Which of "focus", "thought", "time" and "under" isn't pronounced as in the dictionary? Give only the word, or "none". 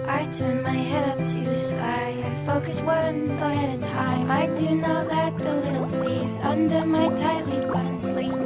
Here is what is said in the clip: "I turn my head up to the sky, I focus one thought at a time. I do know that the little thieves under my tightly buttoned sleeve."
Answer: thought